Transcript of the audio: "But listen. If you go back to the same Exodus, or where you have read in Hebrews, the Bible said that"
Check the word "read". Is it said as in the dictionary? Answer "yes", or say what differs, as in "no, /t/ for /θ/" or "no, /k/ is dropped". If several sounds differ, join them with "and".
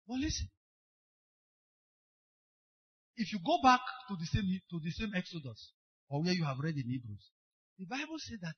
yes